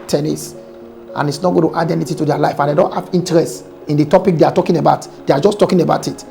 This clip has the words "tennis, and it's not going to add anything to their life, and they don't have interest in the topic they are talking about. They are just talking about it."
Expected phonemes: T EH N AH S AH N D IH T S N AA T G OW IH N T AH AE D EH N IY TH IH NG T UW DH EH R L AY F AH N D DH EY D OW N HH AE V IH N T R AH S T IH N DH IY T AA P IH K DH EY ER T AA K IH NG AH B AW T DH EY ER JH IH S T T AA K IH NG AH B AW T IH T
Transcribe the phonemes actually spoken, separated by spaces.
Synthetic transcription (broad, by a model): T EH N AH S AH N IH T S N AA T G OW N T AH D EH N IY T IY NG T UW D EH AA L AY F AH N D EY D OW N HH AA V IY N T R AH S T IH N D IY T AA P IH K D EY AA T AA K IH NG AH B AW T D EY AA JH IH S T T AA K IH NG AH B AW T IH T